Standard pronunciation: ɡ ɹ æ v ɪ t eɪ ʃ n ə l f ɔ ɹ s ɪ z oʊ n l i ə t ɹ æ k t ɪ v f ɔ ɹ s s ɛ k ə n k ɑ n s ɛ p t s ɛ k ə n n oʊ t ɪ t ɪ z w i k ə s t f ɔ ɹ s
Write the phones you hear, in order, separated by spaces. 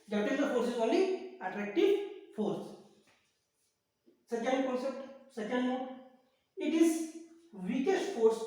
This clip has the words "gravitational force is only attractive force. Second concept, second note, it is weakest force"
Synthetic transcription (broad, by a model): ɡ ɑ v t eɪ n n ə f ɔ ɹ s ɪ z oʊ l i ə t ɹ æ k t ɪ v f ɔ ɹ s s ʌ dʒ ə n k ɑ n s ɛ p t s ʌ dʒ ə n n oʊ ɪ t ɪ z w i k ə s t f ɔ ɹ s